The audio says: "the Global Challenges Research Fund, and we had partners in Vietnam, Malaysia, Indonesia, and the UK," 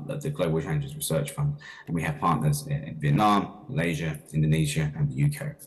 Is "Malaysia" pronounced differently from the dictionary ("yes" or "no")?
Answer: no